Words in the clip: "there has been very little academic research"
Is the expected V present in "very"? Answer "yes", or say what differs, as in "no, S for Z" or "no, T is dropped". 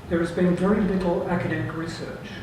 yes